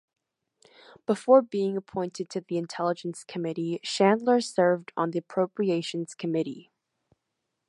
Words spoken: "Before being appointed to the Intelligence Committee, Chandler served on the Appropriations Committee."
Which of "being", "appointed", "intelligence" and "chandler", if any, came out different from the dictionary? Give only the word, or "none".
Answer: chandler